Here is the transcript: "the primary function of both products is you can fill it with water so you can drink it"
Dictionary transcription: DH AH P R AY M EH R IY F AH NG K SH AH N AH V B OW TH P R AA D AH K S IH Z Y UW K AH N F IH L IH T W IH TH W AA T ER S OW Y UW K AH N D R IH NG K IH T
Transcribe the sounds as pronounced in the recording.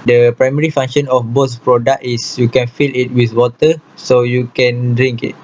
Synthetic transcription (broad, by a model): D AH P R AY M EH R IY F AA NG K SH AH N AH F B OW S P R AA D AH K IH S Y UW K AH N F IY L IH T W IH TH W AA T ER S OW Y UW K AH N D R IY NG K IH T